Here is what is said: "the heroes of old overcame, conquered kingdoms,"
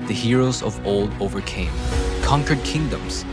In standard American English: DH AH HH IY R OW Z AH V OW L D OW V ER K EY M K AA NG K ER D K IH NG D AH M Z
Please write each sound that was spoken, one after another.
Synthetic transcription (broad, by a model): DH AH HH IY R OW Z AH V OW L D OW V ER K EY M K AA NG K ER D K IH NG D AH M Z